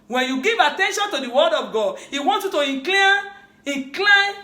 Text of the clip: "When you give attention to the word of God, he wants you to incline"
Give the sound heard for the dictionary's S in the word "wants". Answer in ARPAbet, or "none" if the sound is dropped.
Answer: none